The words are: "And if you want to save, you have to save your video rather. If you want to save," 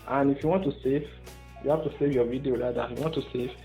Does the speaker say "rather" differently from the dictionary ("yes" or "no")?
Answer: yes